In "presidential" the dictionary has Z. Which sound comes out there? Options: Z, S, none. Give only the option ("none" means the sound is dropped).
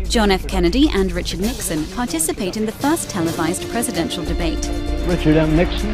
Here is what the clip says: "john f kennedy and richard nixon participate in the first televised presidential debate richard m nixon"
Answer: Z